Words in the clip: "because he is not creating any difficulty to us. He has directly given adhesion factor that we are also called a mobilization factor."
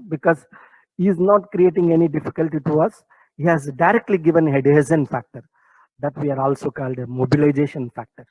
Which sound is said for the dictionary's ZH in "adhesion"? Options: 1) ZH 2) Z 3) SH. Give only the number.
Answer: 2